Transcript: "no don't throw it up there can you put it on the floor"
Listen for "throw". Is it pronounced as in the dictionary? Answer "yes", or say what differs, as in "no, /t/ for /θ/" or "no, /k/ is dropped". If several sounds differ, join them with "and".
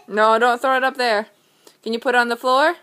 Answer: yes